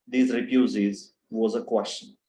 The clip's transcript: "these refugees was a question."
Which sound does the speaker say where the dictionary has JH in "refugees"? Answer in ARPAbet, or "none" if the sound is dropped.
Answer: Z